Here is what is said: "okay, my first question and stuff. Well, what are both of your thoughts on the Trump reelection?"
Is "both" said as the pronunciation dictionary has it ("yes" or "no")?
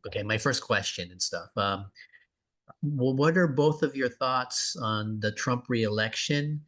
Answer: yes